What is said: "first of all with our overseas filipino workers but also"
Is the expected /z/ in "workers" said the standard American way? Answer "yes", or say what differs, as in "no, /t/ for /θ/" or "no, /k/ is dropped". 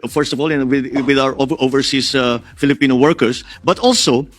no, /s/ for /z/